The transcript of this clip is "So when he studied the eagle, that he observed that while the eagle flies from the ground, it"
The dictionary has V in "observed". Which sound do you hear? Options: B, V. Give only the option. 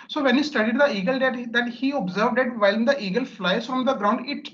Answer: V